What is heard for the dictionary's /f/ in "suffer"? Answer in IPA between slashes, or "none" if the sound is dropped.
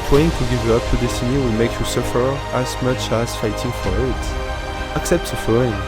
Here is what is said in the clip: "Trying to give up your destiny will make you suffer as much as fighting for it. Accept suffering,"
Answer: /f/